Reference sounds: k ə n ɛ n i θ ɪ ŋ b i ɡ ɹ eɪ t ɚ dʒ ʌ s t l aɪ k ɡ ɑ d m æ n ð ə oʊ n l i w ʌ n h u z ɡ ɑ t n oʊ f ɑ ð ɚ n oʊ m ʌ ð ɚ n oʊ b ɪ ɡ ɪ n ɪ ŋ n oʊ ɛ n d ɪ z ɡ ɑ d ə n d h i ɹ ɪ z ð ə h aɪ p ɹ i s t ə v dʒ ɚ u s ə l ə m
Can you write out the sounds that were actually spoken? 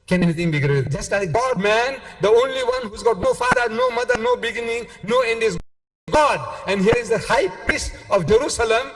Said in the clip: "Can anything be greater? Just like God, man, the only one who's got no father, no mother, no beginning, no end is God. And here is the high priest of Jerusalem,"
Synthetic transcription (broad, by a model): k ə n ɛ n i t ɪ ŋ b i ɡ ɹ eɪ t dʒ ʌ s t l aɪ k ɡ ɑ d m æ n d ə oʊ n l i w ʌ n h u z ɡ ɑ t n oʊ f ɑ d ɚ n oʊ m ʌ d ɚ n oʊ b ɪ ɡ ɪ n ɪ ŋ n oʊ ɛ n d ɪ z ɡ ɑ d ə n d h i ɹ ɪ z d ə h aɪ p i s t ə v dʒ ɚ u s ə l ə m